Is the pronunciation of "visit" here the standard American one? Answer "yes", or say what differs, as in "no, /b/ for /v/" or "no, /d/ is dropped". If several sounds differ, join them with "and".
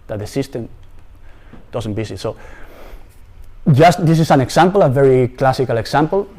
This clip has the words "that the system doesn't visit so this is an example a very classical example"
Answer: no, /b/ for /v/ and /s/ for /z/